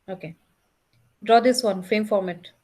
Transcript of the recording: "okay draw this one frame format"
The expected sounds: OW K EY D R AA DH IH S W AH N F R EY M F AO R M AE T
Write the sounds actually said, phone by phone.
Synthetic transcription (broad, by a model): OW K EY D R AA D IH S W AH N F EY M F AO R M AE T